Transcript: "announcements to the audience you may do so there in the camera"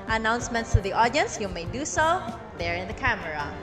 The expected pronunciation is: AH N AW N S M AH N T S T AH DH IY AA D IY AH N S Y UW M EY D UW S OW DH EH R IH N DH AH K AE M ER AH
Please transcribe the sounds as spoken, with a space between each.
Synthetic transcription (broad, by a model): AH N AW N S M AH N T S T AH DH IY AA D IY AH N S Y UW M EY D UW S OW DH EH R IH N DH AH K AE M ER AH